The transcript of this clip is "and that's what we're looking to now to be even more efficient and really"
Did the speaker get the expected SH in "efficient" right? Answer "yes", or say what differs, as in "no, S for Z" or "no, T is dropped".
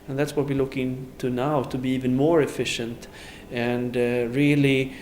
yes